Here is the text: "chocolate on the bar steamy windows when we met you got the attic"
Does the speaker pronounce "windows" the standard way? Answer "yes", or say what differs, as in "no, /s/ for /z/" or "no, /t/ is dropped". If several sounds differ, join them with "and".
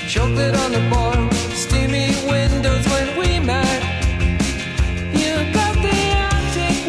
yes